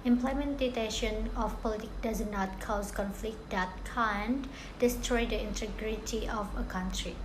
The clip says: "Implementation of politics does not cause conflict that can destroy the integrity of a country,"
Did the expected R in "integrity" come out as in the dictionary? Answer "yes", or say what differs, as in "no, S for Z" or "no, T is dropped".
yes